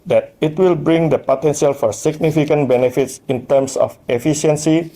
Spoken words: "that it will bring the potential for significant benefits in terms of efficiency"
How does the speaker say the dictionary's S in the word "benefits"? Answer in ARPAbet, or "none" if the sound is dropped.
S